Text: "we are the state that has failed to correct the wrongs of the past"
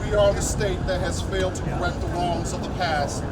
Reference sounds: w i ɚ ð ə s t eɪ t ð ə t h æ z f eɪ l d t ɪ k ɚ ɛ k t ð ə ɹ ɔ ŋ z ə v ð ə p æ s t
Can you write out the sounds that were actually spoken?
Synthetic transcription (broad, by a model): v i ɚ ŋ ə s t eɪ t ð ə t h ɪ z f eɪ l d t ɪ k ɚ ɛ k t ð ə ɹ ɔ ŋ z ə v ð ə p æ s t